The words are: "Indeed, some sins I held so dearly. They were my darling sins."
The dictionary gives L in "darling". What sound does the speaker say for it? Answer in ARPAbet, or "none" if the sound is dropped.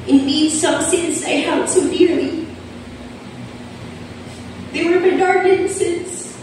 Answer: none